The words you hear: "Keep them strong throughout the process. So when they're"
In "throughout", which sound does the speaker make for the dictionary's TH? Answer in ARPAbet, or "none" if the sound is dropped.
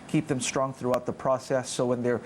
TH